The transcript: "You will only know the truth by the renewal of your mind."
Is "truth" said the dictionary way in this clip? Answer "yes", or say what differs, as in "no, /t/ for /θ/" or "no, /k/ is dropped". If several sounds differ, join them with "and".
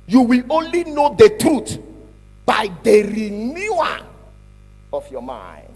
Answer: no, /t/ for /θ/